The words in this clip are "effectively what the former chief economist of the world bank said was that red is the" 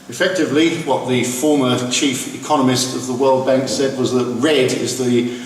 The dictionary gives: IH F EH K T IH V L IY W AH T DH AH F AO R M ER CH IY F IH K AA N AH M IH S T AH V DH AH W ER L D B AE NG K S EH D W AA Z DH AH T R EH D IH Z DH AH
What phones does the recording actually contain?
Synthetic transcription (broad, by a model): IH F EH K T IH V L IY W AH T DH AH F AO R M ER CH IY F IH K AA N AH M IH S T AH V DH AH W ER L D B AE NG K S EH D W AA Z DH AH T R EH D IH Z DH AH